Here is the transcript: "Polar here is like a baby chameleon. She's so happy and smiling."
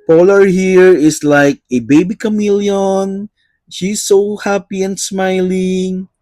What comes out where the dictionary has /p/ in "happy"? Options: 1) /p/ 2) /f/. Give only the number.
1